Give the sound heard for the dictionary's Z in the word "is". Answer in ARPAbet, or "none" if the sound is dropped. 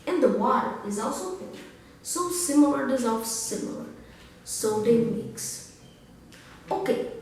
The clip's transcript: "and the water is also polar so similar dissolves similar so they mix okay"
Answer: Z